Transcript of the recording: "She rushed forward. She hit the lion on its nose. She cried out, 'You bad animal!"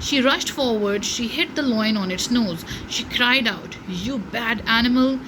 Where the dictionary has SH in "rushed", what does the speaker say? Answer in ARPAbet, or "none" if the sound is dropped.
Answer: SH